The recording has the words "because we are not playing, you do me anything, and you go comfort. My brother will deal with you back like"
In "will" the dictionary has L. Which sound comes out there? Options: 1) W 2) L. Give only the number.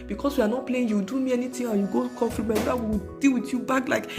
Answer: 1